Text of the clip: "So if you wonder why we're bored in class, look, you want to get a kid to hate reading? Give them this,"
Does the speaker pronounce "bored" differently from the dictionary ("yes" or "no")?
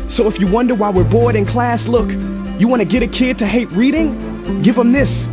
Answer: no